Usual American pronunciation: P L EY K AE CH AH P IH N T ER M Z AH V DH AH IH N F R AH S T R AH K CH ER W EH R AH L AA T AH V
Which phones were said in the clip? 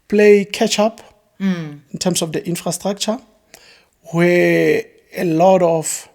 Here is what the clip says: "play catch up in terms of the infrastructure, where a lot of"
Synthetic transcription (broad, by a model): P L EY K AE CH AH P IH N T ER M S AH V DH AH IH N F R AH S T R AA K CH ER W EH AH L AA T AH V